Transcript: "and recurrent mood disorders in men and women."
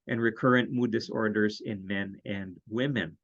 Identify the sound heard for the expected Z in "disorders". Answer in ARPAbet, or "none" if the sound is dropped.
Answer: Z